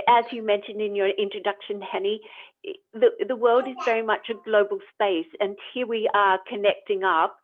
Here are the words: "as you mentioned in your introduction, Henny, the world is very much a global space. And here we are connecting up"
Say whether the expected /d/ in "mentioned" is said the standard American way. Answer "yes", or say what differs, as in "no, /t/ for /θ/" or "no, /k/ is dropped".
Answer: yes